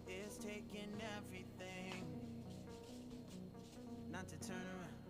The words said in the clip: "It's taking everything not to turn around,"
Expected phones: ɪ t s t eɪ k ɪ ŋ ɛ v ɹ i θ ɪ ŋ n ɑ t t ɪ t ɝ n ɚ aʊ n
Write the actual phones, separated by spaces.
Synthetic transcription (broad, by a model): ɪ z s t eɪ k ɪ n ɛ v ɹ i θ ɪ ŋ n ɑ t t ɪ t ɝ n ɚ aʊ